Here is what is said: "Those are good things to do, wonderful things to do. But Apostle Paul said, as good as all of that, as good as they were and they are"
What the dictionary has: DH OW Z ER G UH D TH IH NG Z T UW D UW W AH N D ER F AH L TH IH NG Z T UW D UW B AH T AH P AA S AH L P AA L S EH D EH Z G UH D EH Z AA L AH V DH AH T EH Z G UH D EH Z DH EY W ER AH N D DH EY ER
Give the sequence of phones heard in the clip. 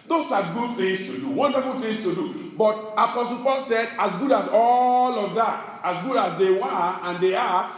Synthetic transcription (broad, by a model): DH OW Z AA G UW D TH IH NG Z T UW D UW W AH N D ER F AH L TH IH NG S T UW D UW B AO T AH P AA S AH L P AA L S EH D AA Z G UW D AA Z AA L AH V DH AH T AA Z G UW D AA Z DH EY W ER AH N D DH EY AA